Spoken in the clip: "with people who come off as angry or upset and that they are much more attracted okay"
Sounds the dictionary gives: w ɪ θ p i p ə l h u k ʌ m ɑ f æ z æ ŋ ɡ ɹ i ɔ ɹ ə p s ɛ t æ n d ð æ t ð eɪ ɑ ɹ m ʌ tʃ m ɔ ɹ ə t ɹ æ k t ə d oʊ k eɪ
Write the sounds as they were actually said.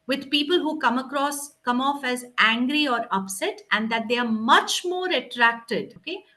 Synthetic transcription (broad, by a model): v ɪ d p i p ə l h u k ʌ m ɑ f æ z æ ŋ ɡ ɹ i ɔ ɹ ə p s ɛ t æ n d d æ t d eɪ ɑ ɹ m ʌ tʃ m ɔ ɹ ə t ɹ æ k t ə d oʊ k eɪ